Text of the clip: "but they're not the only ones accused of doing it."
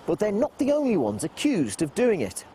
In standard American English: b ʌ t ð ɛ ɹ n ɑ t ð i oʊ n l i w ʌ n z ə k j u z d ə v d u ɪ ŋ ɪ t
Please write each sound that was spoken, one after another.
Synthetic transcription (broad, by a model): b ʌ t ð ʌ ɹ n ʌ t ð i oʊ n l i w ʌ n z ə k j u z d ə v d u ɪ ŋ ɪ t